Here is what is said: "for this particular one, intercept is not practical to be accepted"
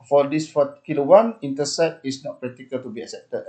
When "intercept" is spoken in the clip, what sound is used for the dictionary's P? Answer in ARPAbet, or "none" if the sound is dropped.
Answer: none